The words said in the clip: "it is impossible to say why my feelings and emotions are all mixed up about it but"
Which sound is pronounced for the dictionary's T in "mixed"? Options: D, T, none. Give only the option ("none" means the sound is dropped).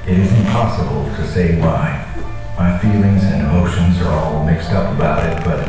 T